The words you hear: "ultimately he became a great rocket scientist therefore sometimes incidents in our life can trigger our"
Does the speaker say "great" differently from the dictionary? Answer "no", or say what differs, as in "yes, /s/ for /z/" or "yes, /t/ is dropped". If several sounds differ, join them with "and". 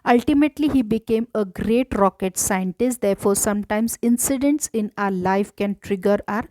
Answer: no